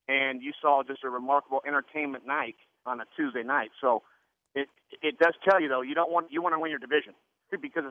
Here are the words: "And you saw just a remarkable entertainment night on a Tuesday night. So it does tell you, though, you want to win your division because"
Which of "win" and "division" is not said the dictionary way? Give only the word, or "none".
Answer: none